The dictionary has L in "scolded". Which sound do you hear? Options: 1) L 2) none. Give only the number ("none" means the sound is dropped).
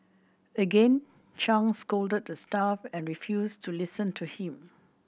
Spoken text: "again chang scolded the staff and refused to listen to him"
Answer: 1